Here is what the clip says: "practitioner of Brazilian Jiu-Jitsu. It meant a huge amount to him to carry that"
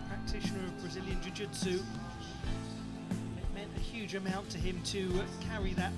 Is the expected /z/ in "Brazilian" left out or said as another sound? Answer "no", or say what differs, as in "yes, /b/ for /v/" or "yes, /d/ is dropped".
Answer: no